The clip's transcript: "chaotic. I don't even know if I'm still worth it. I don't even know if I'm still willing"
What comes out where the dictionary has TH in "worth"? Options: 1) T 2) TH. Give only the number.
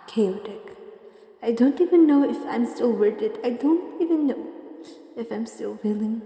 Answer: 1